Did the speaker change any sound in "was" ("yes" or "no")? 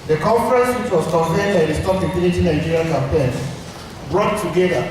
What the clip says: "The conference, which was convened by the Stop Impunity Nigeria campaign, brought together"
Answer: yes